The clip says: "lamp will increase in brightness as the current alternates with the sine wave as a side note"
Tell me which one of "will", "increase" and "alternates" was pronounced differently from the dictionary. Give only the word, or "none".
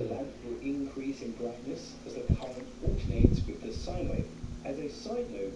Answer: alternates